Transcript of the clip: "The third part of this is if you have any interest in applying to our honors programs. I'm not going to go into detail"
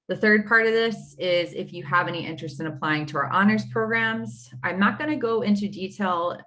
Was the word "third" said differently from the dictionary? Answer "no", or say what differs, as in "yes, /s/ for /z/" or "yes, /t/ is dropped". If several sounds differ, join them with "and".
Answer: no